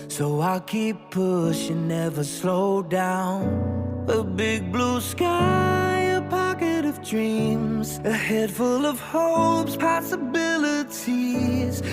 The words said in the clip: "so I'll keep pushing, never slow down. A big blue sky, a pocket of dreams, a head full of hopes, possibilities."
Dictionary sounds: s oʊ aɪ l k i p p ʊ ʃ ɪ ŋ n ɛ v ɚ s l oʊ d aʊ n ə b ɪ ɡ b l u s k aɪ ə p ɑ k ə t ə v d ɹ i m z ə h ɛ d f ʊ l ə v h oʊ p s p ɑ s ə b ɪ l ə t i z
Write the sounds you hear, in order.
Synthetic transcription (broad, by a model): s oʊ aɪ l k i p p ʊ ʃ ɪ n n ɛ v ɚ s l oʊ d aʊ n ə b ɪ ɡ b l u s k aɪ ə p ɑ k ə t ə v d ɹ i m z ə h ɛ d f ʊ l ə v h oʊ p s p ɑ s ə b ɪ l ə t i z